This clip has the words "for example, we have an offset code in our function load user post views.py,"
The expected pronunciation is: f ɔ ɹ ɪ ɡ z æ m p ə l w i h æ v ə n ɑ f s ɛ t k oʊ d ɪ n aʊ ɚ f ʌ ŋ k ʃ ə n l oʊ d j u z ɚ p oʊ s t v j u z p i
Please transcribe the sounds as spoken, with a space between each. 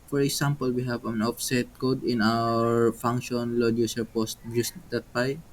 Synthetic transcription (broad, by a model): f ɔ ɹ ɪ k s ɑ m p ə l w i h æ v ə n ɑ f s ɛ t k oʊ d ɪ n aʊ ɚ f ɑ ŋ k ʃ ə n l oʊ d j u s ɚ p oʊ s t b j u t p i